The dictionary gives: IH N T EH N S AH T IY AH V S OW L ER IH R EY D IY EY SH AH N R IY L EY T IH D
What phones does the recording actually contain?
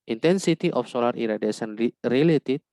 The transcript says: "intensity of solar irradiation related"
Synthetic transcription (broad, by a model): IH N T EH N S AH T IY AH F S OW L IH R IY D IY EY S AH N R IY L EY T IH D